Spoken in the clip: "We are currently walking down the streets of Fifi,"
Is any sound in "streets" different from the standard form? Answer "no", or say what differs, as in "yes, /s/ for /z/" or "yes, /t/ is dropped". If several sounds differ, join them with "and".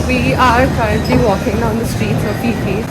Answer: no